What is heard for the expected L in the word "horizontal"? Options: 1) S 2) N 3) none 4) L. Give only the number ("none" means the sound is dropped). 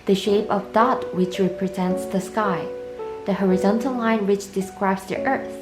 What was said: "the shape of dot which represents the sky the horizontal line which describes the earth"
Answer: 4